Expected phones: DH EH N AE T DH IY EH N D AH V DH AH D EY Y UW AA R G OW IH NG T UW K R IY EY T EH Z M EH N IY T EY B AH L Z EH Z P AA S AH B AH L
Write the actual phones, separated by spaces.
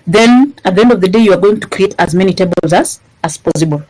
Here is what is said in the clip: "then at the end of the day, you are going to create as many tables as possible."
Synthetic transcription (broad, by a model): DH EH N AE T DH IY EH N D AH V DH AH D EY Y UW AA R G OW IH NG T UW K R IY EY T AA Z M EH N IY T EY B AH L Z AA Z P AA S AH B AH L